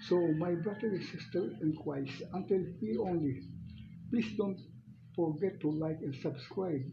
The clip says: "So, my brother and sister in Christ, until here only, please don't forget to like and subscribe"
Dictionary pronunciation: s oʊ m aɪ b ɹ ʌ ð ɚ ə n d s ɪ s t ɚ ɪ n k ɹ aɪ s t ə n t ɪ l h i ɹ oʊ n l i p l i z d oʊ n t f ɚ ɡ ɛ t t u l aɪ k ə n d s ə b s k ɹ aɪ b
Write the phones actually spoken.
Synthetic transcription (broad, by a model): s oʊ m aɪ b ɹ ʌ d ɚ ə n s ɪ s t ɚ ɪ n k w aɪ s ə n t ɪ l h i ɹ oʊ n l i p l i s d oʊ n t f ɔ ɡ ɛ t t u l aɪ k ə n s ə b s k ɹ aɪ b